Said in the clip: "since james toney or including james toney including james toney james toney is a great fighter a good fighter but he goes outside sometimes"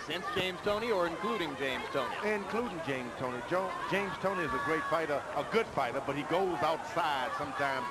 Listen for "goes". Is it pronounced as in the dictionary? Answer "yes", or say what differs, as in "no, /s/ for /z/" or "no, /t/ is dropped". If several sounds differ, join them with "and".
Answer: yes